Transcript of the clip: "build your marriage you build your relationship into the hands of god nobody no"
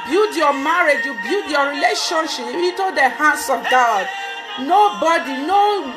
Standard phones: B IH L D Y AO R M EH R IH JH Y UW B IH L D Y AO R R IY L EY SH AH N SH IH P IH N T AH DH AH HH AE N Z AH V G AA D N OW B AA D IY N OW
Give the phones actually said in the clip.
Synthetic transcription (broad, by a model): B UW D Y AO M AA R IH JH Y UW B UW D Y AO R R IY L EY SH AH N SH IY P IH T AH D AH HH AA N S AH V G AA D N OW B AA D IY N OW